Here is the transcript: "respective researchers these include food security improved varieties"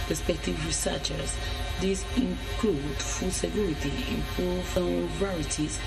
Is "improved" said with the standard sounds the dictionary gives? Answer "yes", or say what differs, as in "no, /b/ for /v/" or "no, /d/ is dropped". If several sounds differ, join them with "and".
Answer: no, /ɹ/ is dropped